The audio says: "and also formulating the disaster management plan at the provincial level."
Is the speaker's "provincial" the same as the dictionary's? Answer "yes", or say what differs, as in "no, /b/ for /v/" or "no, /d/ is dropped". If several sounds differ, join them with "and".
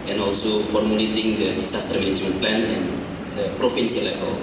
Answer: no, /s/ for /ʃ/